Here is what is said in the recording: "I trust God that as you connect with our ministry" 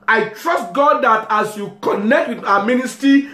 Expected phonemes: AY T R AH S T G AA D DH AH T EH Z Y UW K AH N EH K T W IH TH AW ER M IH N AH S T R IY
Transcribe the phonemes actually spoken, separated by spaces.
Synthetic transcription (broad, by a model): AY T R AH S T G AA D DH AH T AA S Y UW K AH N EH K T W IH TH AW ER M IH N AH S T R IY